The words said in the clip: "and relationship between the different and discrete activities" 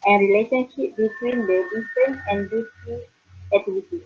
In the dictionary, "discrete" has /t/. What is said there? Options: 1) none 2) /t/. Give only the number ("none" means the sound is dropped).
1